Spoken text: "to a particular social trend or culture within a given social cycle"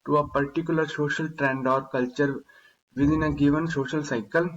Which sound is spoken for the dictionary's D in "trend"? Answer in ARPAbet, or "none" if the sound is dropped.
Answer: D